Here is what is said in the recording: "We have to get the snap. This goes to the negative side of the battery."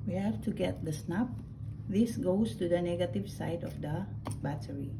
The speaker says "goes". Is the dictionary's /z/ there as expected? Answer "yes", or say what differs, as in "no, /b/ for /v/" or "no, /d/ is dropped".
no, /s/ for /z/